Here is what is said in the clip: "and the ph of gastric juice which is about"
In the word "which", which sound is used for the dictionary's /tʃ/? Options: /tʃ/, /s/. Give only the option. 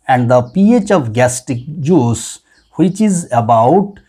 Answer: /tʃ/